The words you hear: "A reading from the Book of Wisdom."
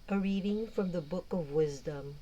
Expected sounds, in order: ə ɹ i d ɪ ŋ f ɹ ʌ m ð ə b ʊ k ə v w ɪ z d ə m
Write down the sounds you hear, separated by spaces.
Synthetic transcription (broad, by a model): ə ɹ i d ɪ ŋ f ɹ ʌ m ð ə b ʊ k ə v w ɪ z d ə m